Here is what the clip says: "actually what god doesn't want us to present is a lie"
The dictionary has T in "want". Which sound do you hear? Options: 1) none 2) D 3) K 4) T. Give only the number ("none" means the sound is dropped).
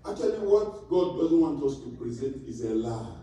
4